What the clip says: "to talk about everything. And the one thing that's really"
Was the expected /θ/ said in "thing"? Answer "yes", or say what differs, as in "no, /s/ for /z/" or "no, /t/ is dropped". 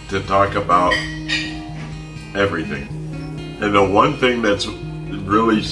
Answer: yes